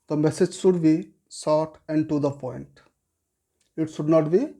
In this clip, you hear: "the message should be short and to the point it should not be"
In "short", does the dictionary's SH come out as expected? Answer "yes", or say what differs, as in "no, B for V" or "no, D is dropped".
no, S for SH